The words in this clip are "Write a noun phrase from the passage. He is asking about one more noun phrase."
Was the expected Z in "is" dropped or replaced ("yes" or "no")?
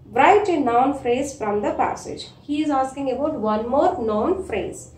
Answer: no